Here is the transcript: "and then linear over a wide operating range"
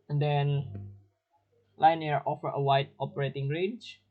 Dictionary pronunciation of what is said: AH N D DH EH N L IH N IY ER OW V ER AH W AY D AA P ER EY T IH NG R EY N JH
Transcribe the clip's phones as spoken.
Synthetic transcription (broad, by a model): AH N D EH N L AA N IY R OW F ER AH W AY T AA P ER EY T IH NG R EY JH